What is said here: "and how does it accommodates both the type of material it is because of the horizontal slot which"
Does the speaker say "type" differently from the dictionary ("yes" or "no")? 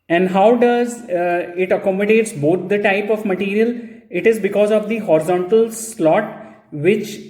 no